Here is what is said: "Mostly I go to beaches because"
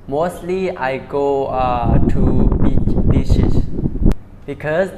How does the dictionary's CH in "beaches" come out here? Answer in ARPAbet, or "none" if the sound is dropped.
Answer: SH